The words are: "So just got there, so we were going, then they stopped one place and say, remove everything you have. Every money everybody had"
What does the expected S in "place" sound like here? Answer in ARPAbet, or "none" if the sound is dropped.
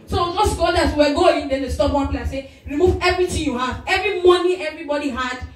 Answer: none